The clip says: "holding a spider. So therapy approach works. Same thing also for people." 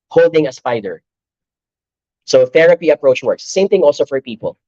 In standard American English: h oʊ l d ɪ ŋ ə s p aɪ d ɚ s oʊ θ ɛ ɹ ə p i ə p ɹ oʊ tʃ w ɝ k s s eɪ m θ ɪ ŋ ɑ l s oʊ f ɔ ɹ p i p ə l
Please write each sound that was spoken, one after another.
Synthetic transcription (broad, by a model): h oʊ l d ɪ ŋ ə s p aɪ d ɚ s oʊ θ ɛ ɹ ə p i ə p ɹ oʊ tʃ w ɝ k s s eɪ m θ ɪ ŋ ɑ l s oʊ f ɔ ɹ p i p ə l